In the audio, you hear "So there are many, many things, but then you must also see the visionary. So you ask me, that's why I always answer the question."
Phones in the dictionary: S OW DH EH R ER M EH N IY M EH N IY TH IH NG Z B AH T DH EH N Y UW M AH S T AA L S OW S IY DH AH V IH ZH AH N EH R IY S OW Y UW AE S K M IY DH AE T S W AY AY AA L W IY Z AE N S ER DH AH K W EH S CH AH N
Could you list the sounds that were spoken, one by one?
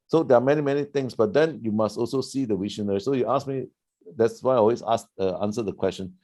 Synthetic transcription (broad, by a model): S OW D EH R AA M EH N IY M EH N IY T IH NG S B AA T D EH N Y UW M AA S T AA L S OW S IY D AH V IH SH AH N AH R IY S OW Y UW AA S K M IY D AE T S W AY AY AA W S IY S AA N S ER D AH K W EH S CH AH N